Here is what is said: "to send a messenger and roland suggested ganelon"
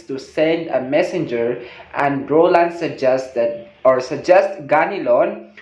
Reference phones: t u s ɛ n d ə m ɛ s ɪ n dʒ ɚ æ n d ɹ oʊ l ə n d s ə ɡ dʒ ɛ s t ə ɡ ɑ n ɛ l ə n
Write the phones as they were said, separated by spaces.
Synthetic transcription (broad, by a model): t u s ɛ n d ə m ɛ s ɪ n dʒ ɚ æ n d ɹ oʊ l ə n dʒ s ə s dʒ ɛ s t ɡ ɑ n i l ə n